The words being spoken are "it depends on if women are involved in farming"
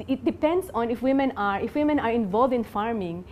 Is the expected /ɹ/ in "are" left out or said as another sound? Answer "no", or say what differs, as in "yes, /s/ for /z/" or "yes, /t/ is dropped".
no